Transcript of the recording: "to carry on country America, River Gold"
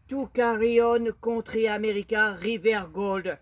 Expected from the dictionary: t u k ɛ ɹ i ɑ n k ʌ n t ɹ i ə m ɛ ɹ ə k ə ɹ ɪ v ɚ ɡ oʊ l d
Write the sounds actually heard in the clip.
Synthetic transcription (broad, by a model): t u k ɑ ɹ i ɑ n k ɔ t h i ə m ɛ ɹ ə k ə ɹ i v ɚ ɡ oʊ l d